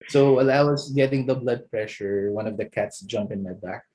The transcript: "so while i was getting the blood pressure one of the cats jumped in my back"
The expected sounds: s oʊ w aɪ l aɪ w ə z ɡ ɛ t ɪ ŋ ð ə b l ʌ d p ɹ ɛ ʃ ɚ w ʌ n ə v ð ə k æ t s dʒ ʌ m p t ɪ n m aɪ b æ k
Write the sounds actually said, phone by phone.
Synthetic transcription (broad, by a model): s oʊ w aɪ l aɪ w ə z ɡ ɛ t ɪ ŋ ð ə b l ʌ d p ɹ ɛ ʃ ɚ w ʌ n ə v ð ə k æ t s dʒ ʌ m p ɪ n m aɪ b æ k